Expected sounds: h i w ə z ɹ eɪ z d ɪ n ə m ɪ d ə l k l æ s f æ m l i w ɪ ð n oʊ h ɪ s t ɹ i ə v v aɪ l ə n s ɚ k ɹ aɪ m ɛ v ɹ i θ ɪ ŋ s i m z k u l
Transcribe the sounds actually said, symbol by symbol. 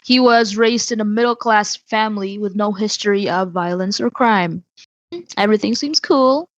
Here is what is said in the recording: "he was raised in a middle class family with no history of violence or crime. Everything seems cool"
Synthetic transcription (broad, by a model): h i w ə z ɹ eɪ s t ɪ n ə m ɪ d l k l æ s f æ m l i w ɪ ð n oʊ h ɪ s t ɹ i ə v v aɪ l ə n s ɚ k ɹ aɪ m ɛ v ɹ i θ ɪ ŋ s i m z k u l